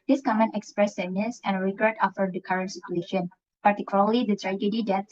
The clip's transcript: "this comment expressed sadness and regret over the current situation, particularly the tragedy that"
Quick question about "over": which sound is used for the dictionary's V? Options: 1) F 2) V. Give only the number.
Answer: 1